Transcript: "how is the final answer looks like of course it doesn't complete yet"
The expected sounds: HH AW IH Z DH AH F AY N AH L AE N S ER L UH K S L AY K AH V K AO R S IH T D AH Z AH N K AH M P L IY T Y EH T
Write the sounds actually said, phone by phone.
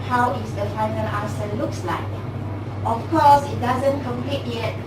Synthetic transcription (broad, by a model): HH AW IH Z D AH F AY N AH L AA S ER L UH K S L AY K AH F K AO S IH T D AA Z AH N K AH M P L IY T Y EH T